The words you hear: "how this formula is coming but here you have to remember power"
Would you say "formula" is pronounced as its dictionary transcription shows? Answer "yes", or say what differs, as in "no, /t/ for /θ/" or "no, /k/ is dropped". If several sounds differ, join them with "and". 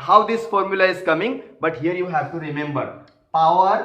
yes